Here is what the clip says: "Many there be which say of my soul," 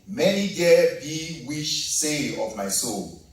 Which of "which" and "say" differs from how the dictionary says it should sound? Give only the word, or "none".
which